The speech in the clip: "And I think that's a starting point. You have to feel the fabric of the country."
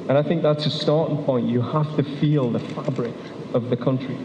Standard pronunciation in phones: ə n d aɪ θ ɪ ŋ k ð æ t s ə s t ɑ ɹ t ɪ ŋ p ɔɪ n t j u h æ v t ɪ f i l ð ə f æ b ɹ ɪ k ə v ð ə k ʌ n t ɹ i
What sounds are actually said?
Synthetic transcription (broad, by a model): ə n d aɪ θ ɪ ŋ k ð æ t s ə s t ɑ ɹ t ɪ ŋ p ɔɪ n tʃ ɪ h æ f t ɪ f i l ð ə f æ b ɹ ɪ k ə v ð ə k ʌ n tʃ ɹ i